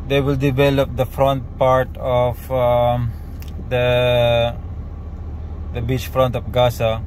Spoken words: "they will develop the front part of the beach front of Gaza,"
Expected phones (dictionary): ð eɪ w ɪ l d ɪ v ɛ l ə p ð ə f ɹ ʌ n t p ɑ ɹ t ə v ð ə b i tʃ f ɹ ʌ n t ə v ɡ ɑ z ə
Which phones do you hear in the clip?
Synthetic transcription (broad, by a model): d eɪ w ɪ l d ɪ v ɛ l ə p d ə f ɹ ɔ n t p ɑ ɹ t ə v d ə b i tʃ f ɹ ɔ n t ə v ɡ ɑ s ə